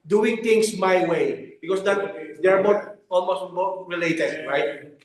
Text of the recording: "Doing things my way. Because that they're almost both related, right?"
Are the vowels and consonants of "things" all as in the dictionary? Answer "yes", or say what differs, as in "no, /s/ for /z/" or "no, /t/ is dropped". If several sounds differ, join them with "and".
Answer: no, /t/ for /θ/ and /s/ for /z/